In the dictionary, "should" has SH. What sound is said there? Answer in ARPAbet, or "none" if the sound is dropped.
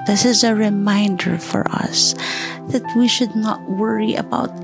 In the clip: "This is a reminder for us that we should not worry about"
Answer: SH